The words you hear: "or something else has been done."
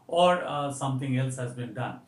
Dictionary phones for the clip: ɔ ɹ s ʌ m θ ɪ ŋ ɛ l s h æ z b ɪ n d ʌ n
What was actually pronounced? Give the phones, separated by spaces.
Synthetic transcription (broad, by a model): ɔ ɹ s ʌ m t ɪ ŋ ɛ l s h æ z b ɪ n d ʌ n